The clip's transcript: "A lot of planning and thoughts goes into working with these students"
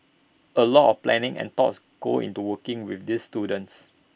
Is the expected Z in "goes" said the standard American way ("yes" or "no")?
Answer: no